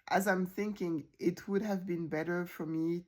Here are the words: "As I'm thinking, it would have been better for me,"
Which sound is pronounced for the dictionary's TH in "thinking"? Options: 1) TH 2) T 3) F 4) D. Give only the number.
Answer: 1